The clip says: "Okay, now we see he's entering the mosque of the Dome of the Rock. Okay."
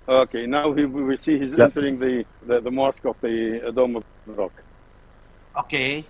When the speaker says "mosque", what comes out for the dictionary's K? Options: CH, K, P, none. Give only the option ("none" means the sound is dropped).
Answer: K